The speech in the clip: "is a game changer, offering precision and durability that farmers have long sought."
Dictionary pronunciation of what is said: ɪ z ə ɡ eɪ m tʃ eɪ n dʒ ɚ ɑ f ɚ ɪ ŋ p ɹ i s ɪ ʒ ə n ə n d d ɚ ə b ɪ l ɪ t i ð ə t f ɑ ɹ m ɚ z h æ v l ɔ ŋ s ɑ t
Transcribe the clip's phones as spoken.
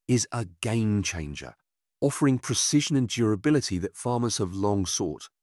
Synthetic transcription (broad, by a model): ɪ z ə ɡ eɪ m tʃ eɪ n dʒ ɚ ɑ f ɚ ɪ ŋ p ɹ i s ɪ ʒ ə n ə n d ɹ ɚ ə b ɪ l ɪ t i ð ə t f ɑ m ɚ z h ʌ v l ɔ ŋ s ɑ t